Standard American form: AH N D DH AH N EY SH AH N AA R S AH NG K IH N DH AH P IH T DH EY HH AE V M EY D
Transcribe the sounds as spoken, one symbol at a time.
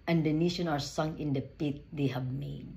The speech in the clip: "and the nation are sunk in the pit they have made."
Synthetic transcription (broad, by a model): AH N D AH N EY SH AH N AA R S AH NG IH N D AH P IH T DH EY HH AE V M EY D